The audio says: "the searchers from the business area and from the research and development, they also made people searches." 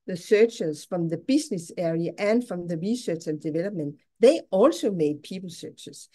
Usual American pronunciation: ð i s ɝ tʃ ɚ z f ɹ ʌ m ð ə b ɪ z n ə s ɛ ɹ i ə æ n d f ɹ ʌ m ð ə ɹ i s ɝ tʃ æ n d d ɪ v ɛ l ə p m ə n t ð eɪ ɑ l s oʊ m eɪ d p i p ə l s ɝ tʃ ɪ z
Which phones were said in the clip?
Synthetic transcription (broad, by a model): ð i s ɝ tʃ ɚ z f ɹ ʌ m ð ə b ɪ s n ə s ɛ ɹ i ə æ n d f ɹ ʌ m ð ə ɹ i s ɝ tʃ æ n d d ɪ v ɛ l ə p m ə n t ð eɪ ɑ l s oʊ m eɪ d p i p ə l s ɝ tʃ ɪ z